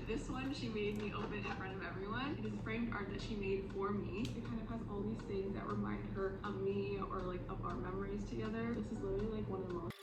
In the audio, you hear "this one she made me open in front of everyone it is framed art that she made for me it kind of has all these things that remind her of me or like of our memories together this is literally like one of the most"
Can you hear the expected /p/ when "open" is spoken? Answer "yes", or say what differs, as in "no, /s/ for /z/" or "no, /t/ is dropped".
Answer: no, /b/ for /p/